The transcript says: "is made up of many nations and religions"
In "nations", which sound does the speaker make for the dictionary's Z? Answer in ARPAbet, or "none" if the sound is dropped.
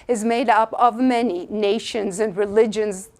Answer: Z